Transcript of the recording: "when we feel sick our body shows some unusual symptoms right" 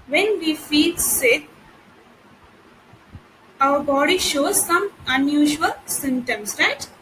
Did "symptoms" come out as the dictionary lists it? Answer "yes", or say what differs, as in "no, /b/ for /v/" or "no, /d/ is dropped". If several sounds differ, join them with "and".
no, /p/ is dropped